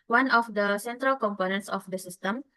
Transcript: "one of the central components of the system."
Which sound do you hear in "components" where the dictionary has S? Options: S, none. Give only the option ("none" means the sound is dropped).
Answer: S